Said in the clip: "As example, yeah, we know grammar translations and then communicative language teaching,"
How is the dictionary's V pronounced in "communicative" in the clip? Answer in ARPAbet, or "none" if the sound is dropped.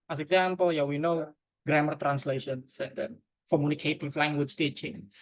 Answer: F